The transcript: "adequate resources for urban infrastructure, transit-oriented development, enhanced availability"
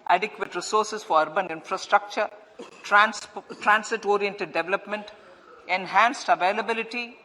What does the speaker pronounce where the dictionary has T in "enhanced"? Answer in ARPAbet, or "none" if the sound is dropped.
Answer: T